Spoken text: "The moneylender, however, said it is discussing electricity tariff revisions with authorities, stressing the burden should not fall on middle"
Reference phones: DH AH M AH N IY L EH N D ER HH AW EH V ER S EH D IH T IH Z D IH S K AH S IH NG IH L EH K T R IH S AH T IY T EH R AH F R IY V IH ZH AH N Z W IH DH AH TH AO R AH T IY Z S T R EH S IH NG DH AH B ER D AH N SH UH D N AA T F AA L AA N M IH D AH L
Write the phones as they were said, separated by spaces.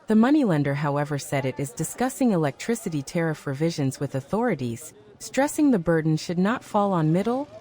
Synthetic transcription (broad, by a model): DH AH M AH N IY L EH N D ER HH AW EH V ER S EH D IH T IH Z D IH S K AH S IH NG IH L EH K T R IH S AH T IY T EH R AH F R IY V IH ZH AH N Z W IH DH AH TH AO R AH T IY Z S T R EH S IH NG DH AH B ER D N SH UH D N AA T F AA L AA N M IH D L